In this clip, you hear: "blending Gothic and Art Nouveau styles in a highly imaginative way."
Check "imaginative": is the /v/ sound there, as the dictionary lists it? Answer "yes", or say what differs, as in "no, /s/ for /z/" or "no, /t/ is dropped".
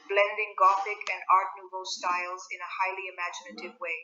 yes